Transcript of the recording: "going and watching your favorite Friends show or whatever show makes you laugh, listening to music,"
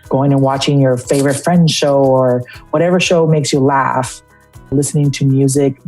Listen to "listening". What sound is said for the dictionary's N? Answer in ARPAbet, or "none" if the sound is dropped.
N